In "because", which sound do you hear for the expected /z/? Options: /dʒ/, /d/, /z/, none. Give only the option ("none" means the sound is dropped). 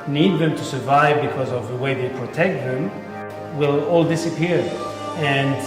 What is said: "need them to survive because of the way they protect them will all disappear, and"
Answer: /z/